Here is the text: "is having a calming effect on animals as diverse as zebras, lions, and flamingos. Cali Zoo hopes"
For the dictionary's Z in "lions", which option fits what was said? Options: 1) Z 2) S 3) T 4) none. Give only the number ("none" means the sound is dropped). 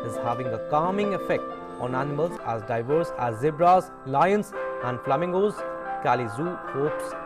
2